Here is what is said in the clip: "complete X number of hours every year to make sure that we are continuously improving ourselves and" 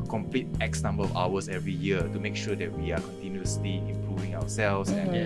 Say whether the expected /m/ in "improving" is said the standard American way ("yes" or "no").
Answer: yes